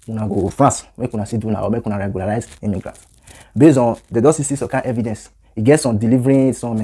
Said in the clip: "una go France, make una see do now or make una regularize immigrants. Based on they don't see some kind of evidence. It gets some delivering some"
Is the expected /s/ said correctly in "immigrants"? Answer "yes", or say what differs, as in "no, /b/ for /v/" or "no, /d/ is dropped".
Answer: no, /s/ is dropped